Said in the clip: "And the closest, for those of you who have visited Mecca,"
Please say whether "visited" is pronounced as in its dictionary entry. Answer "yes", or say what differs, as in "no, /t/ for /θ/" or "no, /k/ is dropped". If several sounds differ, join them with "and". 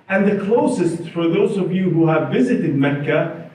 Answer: yes